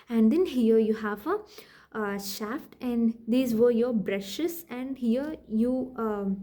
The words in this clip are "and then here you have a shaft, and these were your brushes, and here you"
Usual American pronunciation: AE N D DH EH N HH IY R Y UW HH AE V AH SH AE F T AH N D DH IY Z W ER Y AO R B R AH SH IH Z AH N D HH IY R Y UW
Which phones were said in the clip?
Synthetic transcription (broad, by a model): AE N D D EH N HH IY R Y UW HH AE V AH SH AE F T AH N D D IY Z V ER Y AO R B R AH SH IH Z AH N D HH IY R Y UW